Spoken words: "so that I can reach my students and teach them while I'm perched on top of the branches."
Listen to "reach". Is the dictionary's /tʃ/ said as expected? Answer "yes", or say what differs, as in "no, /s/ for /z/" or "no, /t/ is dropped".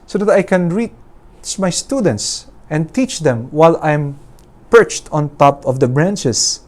no, /s/ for /tʃ/